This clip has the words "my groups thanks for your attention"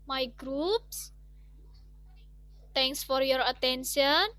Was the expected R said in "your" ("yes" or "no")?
yes